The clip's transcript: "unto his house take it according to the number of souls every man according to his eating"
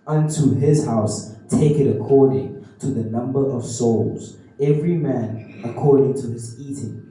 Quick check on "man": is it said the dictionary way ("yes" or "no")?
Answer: yes